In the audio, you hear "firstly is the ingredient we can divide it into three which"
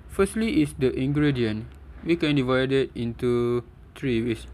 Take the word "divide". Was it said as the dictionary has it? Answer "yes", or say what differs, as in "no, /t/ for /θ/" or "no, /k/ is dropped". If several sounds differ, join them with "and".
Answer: yes